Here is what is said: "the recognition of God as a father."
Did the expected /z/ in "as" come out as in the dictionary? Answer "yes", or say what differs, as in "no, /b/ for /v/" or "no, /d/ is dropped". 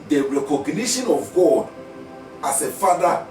no, /s/ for /z/